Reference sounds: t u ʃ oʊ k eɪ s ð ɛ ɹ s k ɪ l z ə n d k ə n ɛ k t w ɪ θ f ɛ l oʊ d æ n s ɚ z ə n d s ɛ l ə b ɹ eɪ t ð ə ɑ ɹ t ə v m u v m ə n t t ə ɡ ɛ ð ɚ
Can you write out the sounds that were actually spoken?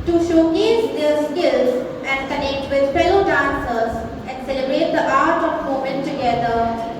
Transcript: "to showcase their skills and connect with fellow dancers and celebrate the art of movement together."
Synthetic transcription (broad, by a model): t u ʃ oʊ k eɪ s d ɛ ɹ s k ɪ l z ə n d k ə n ɛ k t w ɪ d f ɛ l oʊ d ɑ n s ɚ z ə n d s ɛ l ə b ɹ eɪ t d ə ɑ ɹ t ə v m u m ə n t t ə ɡ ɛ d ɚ